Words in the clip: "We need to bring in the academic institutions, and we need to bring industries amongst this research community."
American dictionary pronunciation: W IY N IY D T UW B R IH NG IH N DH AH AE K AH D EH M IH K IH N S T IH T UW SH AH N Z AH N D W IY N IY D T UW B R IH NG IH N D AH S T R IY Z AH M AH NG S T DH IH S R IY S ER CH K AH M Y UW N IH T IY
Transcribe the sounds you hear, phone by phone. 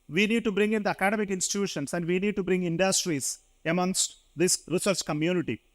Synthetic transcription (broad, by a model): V IY N IY D T UW B R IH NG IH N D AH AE K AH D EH M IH K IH N S T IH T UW SH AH N S AH N D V IY N IY D T UW B R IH NG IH N D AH S T R IY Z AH M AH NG S T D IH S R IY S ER S K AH M Y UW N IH T IY